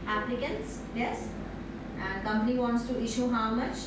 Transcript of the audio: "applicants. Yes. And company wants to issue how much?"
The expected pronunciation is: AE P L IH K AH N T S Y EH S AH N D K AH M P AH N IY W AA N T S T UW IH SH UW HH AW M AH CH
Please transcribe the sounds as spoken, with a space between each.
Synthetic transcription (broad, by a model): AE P L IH K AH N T S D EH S AH N D K AH M P AH N IY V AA N T S T UW IH SH UW HH AW M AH CH